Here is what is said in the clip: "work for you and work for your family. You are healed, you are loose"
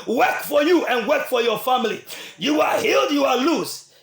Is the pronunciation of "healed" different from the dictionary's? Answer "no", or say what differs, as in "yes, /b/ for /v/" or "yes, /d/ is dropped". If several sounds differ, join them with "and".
no